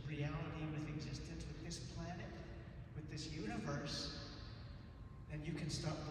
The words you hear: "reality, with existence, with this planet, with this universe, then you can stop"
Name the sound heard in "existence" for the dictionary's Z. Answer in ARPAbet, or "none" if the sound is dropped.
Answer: Z